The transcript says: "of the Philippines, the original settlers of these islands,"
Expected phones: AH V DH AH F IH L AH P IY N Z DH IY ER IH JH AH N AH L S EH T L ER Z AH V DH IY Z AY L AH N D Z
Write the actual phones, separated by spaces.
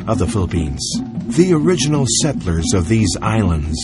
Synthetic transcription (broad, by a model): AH V DH AH F IH L AH P IY N Z DH IY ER IH JH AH N L S EH T L ER Z AH V DH IY Z AY L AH N D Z